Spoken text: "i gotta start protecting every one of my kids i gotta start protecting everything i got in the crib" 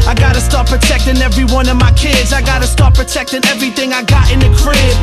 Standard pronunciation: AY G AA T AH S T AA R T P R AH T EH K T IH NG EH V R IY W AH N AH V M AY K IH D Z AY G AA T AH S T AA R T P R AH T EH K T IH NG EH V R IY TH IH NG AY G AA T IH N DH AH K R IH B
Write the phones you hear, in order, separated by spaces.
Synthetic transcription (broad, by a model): AY G AA T AH S T AA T P R AH T EH K T IH NG EH V R IY W AH N AH V M AY K IH D Z AY G AA T AH S T AA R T P R AH T EH K T IH NG EH V R IY TH IH NG AY G AA T IH N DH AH K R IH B